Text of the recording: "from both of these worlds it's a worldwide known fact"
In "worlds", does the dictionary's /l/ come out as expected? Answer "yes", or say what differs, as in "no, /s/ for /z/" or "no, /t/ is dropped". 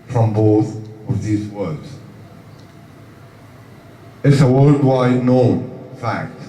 no, /l/ is dropped